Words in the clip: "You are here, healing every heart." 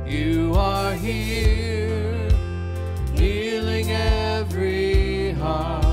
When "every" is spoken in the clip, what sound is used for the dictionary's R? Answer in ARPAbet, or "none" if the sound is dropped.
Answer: R